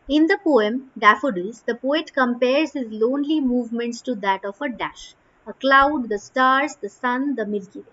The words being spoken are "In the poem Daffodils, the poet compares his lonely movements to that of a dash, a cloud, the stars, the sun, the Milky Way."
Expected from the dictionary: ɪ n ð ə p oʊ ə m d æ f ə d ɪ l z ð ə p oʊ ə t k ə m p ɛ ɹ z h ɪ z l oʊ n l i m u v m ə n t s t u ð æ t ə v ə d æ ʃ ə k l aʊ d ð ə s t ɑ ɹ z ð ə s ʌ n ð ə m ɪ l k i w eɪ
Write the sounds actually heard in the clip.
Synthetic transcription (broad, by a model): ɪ n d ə p oʊ ə m d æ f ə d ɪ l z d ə p oʊ ə t k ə m p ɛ ɹ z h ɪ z l oʊ n l i m u v m ə n t s t u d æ t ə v ə d æ ʃ ə k l aʊ d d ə s t ɑ ɹ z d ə s ʌ n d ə m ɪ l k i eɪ